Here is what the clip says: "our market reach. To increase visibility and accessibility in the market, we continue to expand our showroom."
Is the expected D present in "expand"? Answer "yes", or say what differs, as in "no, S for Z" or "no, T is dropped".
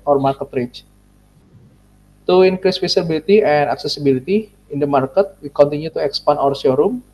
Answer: no, D is dropped